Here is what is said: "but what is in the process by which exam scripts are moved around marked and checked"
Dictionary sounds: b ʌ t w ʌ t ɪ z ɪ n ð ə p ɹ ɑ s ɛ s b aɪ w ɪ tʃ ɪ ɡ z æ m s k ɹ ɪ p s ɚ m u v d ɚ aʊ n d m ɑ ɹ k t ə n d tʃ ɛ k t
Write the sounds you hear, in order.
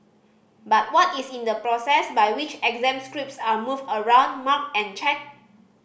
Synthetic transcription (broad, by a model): b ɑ t w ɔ t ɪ s ɪ n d ə p ɹ ɑ s ɛ s b aɪ w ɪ tʃ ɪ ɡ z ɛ m s k ɹ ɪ p s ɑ m u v ɚ aʊ n d m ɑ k ə n tʃ ɛ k